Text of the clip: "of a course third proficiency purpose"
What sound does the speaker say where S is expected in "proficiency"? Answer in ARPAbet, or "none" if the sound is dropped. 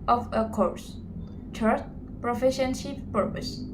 SH